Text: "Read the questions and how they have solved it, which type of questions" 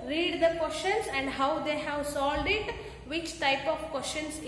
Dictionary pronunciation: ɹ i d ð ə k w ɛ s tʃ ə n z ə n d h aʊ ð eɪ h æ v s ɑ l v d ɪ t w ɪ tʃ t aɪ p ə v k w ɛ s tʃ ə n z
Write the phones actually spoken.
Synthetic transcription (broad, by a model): ɹ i d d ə k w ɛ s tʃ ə n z ə n d h aʊ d eɪ h æ v s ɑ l d ɪ t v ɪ tʃ t aɪ p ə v k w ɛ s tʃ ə n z